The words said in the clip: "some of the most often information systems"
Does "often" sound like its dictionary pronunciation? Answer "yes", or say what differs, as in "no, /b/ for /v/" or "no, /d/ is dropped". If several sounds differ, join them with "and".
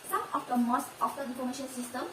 no, /n/ is dropped